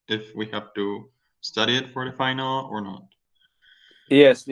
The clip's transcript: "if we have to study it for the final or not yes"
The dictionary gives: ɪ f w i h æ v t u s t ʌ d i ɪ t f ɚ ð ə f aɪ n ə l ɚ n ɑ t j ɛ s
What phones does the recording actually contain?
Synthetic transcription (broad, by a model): ɪ f w i h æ f t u s t ʌ d i ɪ t f ɚ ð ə f aɪ n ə l ɚ n ɑ t j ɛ s